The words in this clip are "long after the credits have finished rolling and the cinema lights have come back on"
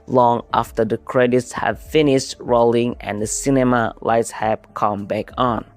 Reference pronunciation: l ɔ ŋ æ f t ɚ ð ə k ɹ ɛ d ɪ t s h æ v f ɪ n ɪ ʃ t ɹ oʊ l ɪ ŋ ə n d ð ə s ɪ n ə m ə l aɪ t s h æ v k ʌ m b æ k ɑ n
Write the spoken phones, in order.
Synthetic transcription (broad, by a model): l ɔ ŋ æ f t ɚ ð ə k ɹ ɛ d ɪ t s h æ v f ɪ n ɪ ʃ t ɹ oʊ l ɪ ŋ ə n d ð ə s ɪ n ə m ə l aɪ t s h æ p k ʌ m b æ k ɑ n